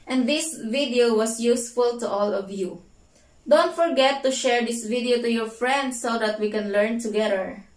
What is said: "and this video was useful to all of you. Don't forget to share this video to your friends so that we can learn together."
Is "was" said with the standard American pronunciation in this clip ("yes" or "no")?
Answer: no